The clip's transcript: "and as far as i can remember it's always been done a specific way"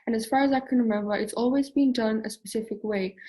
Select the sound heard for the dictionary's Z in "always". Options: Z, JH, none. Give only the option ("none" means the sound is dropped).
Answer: Z